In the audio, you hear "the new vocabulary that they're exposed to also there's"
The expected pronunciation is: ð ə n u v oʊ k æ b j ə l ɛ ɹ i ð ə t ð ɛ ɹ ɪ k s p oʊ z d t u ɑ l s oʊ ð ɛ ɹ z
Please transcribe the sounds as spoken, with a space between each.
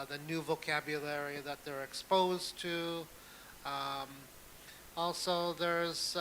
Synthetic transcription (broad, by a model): ð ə n u v oʊ k æ b j ə l ɛ ɹ i ð ə t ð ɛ ɹ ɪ k s p oʊ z t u ɑ l s oʊ ð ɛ ɹ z